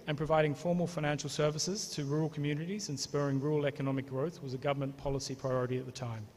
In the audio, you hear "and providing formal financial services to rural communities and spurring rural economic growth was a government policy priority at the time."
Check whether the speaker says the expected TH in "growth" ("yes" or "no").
yes